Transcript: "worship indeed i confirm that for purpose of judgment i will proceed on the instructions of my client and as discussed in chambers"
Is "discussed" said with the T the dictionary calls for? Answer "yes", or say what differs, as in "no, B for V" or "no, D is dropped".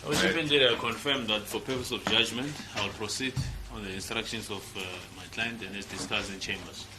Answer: no, T is dropped